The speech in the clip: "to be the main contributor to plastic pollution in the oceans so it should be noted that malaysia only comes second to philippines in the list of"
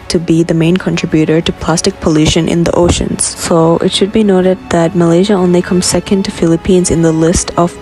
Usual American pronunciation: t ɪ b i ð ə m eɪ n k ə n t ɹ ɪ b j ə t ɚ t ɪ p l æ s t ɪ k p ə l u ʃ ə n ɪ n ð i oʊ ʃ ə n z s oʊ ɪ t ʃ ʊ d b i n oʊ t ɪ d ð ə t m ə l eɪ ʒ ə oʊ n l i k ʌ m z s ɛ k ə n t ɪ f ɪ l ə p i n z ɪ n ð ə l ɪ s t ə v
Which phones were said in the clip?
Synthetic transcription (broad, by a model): t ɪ b i ð ə m eɪ n k ə n t ɹ ɪ b j ə t ɚ t ɪ p l æ s t ɪ k p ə l u ʃ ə n ɪ n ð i oʊ ʃ ə n z s oʊ ɪ t ʃ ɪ d b i n oʊ t ɪ d ð ə t m ə l eɪ ʒ ə oʊ n l i k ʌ m s ɛ k ə n t ɪ f ɪ l ə p i n z ɪ n ð ə l ɪ s t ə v